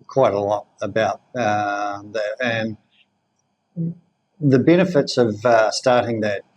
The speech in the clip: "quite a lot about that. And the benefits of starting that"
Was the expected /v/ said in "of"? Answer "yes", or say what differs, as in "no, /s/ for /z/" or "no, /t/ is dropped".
yes